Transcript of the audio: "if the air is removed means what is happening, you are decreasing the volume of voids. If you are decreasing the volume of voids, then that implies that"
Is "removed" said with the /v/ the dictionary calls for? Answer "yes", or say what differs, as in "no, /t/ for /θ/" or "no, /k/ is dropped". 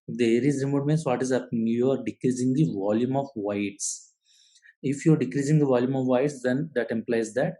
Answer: no, /v/ is dropped